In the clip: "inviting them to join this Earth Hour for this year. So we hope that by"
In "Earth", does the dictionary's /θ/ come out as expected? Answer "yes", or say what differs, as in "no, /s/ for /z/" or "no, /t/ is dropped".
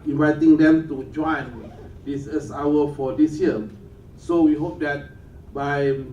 no, /s/ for /θ/